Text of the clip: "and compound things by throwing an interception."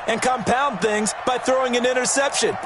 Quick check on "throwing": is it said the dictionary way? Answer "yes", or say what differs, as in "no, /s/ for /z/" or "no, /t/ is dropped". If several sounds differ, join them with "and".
yes